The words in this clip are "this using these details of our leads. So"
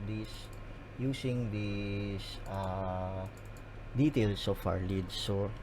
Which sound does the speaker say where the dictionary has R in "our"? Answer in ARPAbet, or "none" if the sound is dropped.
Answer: R